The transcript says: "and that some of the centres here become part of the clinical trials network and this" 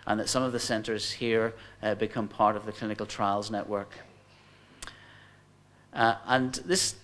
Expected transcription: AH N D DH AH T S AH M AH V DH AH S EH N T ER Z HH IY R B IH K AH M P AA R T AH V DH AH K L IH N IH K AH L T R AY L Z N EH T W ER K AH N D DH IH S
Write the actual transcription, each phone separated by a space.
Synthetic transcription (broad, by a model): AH N DH AH T S AH M AH V DH AH S EH N T ER Z HH IY R B IH K AH M P AA R T AH V DH AH K L IH N IH K AH L T R AY L Z N EH T W ER K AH N DH IH S